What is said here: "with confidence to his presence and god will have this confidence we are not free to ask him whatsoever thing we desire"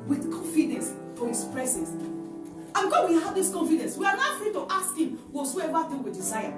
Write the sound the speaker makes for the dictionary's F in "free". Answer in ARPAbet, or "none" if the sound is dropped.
F